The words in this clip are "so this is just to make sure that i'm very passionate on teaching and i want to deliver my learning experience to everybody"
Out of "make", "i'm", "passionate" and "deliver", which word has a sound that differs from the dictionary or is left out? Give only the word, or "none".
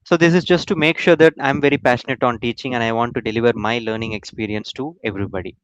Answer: none